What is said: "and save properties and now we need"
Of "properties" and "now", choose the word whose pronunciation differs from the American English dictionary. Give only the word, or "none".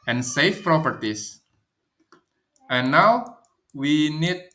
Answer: properties